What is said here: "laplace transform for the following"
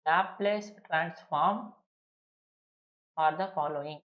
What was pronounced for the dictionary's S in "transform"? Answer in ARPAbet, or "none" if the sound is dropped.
S